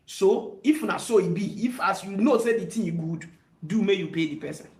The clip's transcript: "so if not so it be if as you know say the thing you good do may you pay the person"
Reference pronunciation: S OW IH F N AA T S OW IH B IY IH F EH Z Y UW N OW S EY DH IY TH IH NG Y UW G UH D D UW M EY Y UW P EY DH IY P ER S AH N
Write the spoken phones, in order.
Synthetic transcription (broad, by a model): S OW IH F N AA S OW IH B IY IH F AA S Y UW N OW S EY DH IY T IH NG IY G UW D D UW M EY Y UW P EY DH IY P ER S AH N